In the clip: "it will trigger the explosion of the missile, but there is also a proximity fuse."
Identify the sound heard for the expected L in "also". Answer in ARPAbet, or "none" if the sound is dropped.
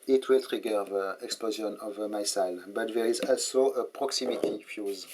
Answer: L